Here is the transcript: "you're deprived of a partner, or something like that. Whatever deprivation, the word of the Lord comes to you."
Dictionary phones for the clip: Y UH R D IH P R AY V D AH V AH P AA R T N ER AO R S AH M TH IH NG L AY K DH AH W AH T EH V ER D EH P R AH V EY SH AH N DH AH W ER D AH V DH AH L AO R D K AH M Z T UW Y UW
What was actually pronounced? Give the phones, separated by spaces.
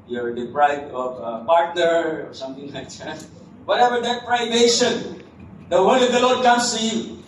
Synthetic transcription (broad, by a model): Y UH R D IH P R AY D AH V AH P AA R T N ER AO R S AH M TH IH NG L AY K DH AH W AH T EH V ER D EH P R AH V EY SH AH N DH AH W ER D AH V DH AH L AO R D K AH M S T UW Y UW